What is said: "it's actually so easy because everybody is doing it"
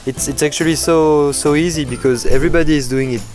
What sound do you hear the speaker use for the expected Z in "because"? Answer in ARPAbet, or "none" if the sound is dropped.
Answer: Z